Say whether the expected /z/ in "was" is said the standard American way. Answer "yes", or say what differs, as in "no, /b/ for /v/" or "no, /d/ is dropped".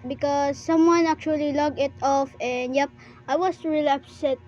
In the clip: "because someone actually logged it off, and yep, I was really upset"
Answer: no, /s/ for /z/